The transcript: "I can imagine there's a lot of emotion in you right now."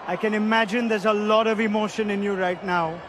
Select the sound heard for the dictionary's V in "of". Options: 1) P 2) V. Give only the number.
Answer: 2